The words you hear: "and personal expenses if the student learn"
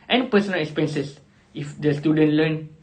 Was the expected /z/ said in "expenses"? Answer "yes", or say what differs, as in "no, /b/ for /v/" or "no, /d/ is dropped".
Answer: no, /s/ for /z/